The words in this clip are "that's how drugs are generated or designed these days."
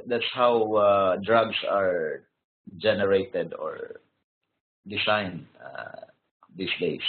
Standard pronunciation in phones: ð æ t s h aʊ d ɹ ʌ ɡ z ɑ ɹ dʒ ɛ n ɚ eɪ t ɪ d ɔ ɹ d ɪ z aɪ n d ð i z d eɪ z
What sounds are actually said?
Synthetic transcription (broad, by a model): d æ t s h aʊ d ɹ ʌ ɡ s ɑ ɹ dʒ ɛ n ɚ eɪ t ɪ d ɔ ɹ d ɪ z aɪ n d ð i s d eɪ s